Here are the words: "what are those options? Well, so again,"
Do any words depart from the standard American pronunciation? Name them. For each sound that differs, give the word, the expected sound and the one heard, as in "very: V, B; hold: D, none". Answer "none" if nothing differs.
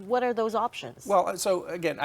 none